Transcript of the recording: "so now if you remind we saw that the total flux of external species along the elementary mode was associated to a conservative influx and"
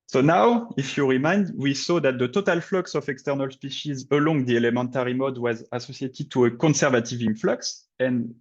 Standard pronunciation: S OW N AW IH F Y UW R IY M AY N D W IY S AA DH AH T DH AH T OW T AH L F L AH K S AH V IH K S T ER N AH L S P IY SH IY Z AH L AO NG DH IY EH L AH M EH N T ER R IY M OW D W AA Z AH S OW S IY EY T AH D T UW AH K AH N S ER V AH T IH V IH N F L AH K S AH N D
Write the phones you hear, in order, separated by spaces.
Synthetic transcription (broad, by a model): S OW N AW IH F Y UW R IY M AY N D W IY S AA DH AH T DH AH T OW T AH L F L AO K S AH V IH K S T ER N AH L S P IY SH IY Z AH L AO NG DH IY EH L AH M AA N T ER R IY M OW D W AA Z AH S OW S IY EY T AH D T UW AH K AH N S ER V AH T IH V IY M F L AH K S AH N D